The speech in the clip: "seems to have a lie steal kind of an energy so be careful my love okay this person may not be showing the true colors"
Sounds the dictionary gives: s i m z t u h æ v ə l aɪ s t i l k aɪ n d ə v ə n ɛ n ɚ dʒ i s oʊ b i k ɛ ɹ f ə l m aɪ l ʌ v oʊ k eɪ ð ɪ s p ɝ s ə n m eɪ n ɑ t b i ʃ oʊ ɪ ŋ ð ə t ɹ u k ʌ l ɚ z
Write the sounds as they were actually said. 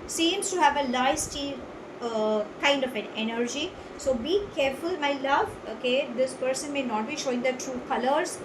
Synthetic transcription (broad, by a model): s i m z t u h æ v ə l aɪ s t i k aɪ n d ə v ə n ɛ n ɚ dʒ i s oʊ b i k ɛ ɹ f ə l m aɪ l ʌ v oʊ k eɪ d ɪ s p ɝ s ə n m eɪ n ɑ t b i ʃ oʊ ɪ ŋ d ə t ɹ u k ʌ l ɚ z